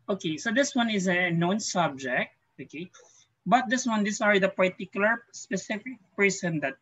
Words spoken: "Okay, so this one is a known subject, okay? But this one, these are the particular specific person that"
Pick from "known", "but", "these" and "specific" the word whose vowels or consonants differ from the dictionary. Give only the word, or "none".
these